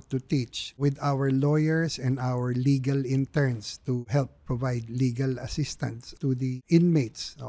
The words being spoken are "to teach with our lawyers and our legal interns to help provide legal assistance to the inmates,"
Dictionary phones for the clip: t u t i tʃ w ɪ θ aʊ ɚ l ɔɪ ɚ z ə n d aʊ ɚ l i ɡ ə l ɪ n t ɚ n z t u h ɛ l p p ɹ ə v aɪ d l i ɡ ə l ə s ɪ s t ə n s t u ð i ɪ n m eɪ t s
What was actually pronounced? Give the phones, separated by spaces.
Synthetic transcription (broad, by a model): t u t i tʃ w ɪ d aʊ ɚ l ɔɪ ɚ s ə n d aʊ ɚ l i ɡ ə l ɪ n t ɚ n s t u h ɛ l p p ɹ ə v aɪ d l i ɡ ə l ə s ɪ s t ə n s t u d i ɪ n m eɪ t s